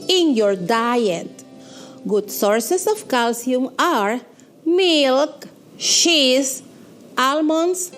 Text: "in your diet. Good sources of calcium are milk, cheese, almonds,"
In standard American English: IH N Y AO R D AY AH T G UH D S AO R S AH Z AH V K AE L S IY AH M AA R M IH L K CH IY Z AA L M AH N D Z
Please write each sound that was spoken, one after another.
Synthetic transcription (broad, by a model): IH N Y AO R D AY AH T G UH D S AO R S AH S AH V K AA L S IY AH M AA R M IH L K SH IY S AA L M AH N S